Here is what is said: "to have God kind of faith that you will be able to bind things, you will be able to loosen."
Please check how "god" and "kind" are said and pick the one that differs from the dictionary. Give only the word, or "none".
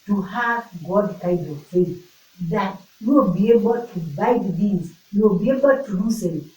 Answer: kind